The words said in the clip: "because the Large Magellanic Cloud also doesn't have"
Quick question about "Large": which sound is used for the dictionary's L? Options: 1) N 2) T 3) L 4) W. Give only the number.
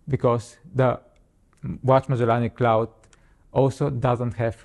4